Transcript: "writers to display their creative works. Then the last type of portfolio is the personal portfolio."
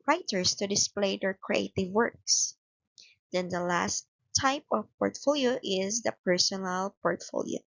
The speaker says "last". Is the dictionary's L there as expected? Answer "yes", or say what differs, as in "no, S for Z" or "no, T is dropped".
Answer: yes